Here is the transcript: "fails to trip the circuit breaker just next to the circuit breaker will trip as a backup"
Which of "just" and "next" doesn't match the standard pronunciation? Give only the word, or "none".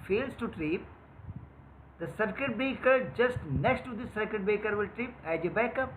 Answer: none